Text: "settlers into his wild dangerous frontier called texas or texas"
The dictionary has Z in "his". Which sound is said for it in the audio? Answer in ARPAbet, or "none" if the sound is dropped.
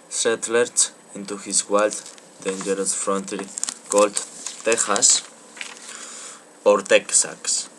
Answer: S